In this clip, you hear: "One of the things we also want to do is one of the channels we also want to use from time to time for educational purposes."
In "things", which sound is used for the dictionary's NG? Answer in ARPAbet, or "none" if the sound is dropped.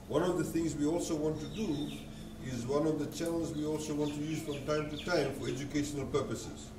NG